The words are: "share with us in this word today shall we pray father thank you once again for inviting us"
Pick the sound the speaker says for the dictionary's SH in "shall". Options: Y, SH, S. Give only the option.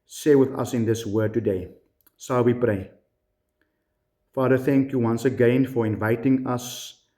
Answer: S